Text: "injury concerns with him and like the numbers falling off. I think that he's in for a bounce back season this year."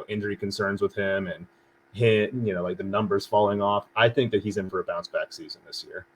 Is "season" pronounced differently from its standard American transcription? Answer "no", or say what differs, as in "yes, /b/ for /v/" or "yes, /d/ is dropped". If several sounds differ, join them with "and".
no